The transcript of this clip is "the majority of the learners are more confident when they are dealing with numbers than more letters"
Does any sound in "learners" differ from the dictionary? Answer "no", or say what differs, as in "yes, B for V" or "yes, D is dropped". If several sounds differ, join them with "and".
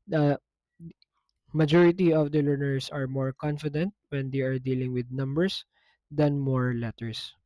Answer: yes, S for Z